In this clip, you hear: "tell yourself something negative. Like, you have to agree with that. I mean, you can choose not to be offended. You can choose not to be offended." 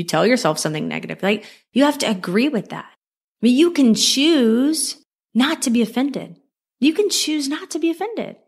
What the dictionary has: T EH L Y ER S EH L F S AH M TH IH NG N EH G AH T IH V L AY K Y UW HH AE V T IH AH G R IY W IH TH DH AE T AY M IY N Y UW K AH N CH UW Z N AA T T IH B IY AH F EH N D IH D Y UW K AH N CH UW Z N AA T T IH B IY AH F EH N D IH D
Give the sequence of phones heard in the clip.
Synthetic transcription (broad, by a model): T EH L Y ER S EH L F S AH M TH IH NG N EH G AH T IH V L AY K Y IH HH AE F T IH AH G R IY W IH DH AE T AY M IY N Y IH K AH N CH UW Z N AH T T IH B IY AH F EH N D IH D Y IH K AH N CH UW Z N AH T T IH B IY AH F EH N D IH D